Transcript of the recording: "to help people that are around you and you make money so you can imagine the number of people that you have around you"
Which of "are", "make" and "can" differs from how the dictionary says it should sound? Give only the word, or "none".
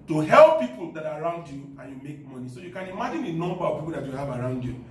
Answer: none